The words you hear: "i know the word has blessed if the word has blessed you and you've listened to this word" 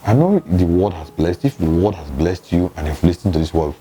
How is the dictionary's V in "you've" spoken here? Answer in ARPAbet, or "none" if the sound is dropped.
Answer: F